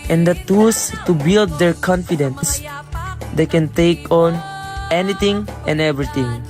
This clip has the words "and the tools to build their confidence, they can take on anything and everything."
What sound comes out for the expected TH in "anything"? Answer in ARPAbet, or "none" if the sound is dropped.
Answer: T